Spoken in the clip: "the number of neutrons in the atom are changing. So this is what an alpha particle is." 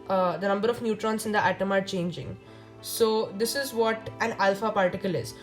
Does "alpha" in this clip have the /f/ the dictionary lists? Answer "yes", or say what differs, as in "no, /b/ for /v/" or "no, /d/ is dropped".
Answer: yes